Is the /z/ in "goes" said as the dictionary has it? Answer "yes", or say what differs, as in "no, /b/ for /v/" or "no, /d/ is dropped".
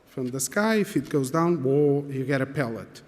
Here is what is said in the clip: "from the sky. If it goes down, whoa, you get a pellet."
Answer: yes